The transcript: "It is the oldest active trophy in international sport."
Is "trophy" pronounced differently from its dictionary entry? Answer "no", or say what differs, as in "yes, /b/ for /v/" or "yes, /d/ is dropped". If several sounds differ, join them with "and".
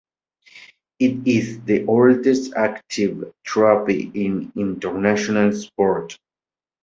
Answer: yes, /p/ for /f/